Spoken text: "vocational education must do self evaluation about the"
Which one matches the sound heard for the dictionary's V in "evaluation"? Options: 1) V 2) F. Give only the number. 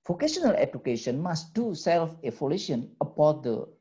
2